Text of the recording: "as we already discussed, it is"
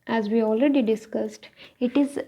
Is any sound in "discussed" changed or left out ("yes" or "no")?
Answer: no